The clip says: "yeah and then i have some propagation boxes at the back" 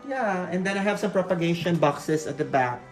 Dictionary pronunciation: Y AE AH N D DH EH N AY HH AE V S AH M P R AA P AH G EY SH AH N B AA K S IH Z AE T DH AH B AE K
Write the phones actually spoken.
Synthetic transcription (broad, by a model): Y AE AH N D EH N AY HH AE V S AH M P R AA P AH G EY SH AH N B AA K S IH S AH T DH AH B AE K